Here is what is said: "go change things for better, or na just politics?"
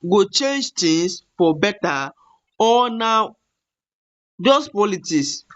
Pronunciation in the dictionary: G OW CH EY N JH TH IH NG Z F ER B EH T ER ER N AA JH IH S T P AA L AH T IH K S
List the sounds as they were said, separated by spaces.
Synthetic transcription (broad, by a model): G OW CH EY N JH T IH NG S F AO B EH T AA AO N AA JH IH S P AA L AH T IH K S